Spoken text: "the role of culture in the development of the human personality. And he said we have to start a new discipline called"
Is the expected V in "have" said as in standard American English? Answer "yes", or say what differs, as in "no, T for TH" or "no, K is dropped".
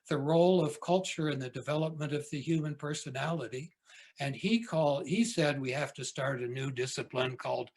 no, F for V